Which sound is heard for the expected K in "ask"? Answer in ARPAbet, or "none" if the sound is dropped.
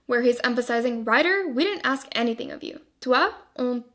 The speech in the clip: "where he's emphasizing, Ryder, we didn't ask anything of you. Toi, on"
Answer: K